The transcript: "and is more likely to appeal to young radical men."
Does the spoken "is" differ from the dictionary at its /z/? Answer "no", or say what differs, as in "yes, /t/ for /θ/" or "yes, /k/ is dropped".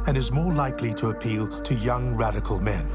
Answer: no